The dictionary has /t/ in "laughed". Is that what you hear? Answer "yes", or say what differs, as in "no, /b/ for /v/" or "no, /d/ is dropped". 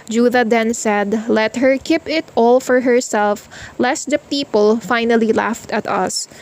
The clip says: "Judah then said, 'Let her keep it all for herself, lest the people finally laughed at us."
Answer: yes